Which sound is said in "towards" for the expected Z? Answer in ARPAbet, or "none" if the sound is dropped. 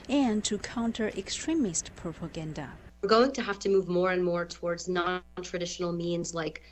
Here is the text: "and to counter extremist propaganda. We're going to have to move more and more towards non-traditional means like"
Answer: Z